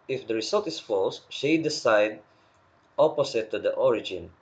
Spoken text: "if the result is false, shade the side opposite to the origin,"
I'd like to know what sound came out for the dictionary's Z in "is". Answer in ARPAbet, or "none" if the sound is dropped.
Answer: S